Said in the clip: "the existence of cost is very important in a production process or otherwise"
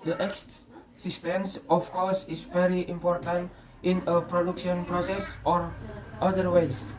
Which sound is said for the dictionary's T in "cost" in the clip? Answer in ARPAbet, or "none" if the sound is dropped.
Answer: none